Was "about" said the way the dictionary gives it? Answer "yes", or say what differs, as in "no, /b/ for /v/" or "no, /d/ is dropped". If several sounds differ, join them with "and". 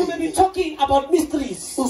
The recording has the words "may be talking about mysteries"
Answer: yes